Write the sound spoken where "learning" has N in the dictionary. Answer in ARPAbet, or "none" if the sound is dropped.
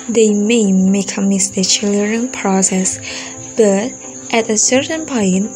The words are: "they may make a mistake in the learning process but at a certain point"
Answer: none